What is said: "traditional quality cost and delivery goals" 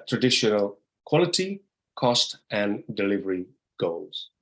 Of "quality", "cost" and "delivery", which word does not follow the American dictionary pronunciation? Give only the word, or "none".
none